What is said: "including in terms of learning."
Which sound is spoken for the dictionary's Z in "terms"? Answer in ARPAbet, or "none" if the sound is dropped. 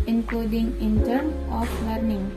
none